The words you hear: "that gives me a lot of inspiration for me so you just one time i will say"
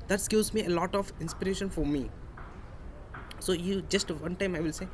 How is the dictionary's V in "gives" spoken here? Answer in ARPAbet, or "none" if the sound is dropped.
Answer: none